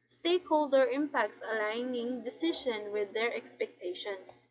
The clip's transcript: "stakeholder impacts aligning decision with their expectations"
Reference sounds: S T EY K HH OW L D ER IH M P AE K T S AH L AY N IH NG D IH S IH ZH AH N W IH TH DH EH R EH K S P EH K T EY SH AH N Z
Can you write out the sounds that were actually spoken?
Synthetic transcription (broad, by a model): S T EY K HH OW L D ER IH M P AE K T S AH L AY N IH NG D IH S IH SH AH N W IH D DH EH R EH K S P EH K T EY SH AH N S